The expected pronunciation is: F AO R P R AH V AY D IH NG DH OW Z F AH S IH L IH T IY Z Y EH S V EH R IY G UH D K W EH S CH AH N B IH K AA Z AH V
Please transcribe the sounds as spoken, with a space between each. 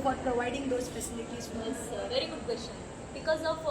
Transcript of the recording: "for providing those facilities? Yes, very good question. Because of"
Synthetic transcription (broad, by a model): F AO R P R AH V AY D IH NG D OW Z P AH S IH N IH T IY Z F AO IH V EH R IY G UH D K W EH S CH AH N B IH K AA Z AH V